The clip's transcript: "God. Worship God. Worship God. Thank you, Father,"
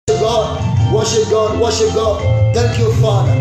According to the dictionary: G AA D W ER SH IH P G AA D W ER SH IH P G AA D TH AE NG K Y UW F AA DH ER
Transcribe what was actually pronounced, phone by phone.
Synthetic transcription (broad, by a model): G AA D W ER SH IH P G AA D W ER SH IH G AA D T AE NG K Y UW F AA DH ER